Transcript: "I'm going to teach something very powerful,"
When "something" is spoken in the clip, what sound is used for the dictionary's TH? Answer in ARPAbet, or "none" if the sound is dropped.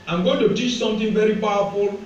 T